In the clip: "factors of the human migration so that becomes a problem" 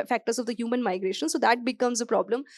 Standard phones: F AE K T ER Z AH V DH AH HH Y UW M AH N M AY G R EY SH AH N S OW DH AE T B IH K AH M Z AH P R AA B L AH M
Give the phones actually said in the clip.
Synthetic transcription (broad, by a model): F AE K T ER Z AH V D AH HH Y UW M AH N M AY G R EY SH AH N S OW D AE T B IH K AH M Z AH P R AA B L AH M